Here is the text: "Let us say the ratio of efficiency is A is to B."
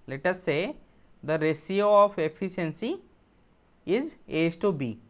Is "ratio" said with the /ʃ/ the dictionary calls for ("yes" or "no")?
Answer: no